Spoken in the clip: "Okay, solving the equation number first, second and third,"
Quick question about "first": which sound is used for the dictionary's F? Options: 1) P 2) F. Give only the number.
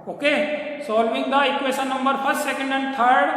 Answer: 1